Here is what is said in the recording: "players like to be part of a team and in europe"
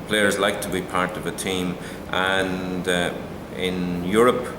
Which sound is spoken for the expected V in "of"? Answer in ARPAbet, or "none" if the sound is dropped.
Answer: V